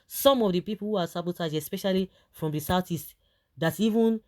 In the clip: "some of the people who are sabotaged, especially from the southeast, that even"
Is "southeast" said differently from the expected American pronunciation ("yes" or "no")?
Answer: yes